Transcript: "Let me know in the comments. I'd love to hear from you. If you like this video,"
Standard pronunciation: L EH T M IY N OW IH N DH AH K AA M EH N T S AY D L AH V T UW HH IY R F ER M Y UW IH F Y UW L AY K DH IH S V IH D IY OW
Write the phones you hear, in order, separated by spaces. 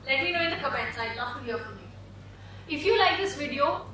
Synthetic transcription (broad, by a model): L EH T M IY N OW IH N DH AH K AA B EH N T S AY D N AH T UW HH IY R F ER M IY IH F Y UW L AY K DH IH S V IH D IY OW